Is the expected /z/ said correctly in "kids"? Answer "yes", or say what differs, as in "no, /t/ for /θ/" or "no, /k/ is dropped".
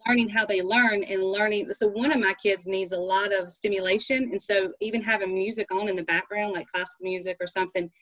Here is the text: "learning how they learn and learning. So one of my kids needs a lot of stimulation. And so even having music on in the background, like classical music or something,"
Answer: yes